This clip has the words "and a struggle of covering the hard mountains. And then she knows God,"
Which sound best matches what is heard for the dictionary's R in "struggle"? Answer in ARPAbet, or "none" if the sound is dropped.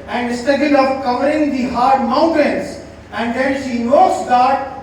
none